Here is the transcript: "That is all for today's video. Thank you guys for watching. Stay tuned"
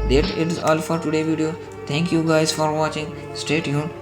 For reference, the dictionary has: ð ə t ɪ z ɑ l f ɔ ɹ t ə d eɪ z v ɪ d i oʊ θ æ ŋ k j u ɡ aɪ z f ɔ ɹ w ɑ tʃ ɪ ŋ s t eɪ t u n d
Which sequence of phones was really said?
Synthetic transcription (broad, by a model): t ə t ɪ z ɑ l f ɔ ɹ t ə d eɪ v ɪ d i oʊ t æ ŋ k j u ɡ aɪ z f ɔ ɹ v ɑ tʃ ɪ ŋ s t eɪ t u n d